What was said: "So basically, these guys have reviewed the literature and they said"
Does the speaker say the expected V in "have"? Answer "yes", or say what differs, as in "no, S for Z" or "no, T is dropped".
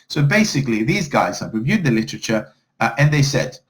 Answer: no, P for V